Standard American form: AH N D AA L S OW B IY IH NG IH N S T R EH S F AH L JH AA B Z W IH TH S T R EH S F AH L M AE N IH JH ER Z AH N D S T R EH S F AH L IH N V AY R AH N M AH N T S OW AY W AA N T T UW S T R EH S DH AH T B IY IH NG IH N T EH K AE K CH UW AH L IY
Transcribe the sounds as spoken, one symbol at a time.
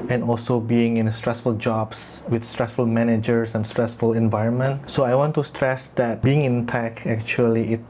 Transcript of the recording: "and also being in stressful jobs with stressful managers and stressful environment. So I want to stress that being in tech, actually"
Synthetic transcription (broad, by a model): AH N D AA L S OW B IY IH NG IH N S T R EH S F AH L JH AA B S W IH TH S T R EH S F AH L M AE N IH JH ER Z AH N S T R EH S F AH L IH N V AY R AH N M AH N T S OW AY W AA N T T UW S T R EH S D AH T B IY IH NG IH N T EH K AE K CH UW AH L IY